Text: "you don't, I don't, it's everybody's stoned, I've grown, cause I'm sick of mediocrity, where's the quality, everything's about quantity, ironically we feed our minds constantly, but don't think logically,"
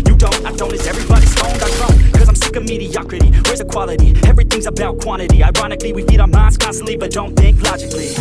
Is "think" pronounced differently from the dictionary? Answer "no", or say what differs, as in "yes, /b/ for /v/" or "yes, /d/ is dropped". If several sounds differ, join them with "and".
no